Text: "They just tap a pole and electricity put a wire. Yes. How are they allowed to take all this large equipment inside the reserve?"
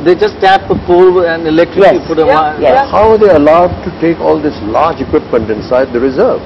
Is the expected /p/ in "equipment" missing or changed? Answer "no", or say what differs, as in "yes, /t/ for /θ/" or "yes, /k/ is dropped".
no